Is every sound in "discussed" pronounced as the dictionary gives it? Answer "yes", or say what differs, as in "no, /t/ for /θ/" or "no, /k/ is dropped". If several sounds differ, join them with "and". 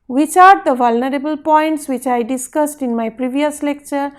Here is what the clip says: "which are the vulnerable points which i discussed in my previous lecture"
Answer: yes